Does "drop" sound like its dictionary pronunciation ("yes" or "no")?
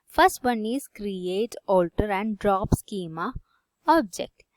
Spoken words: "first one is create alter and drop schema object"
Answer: yes